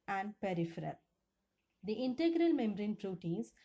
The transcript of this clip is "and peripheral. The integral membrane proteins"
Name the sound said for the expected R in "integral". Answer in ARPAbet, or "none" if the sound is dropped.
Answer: R